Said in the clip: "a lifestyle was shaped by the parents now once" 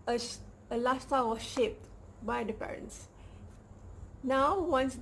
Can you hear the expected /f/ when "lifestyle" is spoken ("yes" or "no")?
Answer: no